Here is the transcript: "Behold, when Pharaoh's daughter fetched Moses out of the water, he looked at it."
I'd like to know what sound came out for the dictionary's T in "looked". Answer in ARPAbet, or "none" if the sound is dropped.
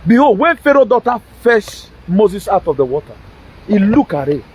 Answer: none